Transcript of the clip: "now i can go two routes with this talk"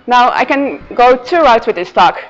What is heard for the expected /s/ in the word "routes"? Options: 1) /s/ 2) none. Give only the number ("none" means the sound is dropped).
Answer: 2